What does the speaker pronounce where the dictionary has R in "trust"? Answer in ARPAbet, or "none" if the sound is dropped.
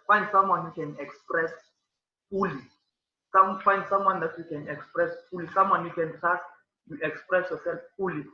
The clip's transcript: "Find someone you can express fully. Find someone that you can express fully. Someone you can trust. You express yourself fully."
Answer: none